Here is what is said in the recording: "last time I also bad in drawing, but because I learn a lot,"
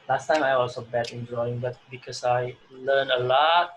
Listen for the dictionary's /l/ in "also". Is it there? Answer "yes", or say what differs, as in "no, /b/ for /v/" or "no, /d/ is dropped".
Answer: no, /l/ is dropped